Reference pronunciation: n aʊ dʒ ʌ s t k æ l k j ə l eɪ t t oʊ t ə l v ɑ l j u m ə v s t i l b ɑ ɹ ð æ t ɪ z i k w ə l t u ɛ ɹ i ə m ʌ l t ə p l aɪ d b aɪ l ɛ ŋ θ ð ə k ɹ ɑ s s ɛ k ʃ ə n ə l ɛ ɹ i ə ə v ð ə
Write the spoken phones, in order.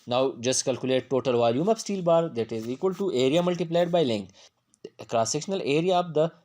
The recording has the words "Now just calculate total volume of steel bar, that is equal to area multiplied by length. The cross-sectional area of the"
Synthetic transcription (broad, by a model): n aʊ dʒ ʌ s t k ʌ l k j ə l eɪ t t oʊ t ə l v ɑ l j u m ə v s t i l b ɑ ɹ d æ t ɪ z i k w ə l t u ɛ ɹ i ə m ʌ l t ə p l aɪ d b aɪ l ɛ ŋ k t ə k ɹ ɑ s s ɛ k ʃ ə n ə l ɛ ɹ i ə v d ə